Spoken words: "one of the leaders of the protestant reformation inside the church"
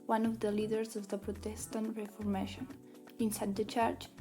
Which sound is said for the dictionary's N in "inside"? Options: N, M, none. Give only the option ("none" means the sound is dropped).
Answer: N